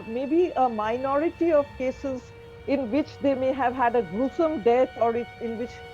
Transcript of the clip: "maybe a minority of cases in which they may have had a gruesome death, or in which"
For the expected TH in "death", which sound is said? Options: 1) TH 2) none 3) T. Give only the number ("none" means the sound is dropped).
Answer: 3